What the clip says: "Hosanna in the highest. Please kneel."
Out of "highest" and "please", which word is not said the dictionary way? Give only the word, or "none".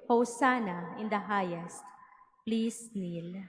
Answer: please